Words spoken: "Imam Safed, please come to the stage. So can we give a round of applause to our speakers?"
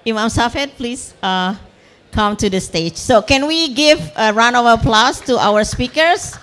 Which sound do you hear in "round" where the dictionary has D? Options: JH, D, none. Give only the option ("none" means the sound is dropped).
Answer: none